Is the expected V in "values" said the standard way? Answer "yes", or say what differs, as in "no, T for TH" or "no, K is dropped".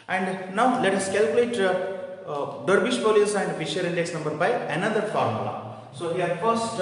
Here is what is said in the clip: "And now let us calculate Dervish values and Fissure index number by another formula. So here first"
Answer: no, P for V